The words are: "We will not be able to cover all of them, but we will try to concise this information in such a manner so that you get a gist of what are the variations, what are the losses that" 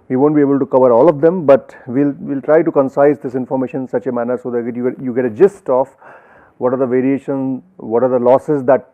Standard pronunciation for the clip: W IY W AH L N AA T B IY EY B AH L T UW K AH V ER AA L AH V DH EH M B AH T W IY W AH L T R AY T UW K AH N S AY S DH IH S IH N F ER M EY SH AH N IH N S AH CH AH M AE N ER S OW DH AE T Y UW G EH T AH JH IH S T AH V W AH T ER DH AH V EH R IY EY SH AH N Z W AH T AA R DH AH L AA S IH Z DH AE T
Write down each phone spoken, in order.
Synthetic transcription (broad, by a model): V IY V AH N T B IY EY B AH L T UW K AH V ER AA L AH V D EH M B AH T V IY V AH L T R AY T UW K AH N S AY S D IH S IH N F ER M EY SH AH N IH N S AH CH AH M AE N ER S OW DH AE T Y UW G EH T AH JH IH S T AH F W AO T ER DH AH V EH R IY EY SH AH N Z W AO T AA R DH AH L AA S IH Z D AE T